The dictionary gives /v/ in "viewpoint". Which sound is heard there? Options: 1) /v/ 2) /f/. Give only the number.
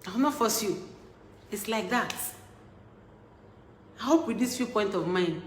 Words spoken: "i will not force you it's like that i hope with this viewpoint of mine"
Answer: 2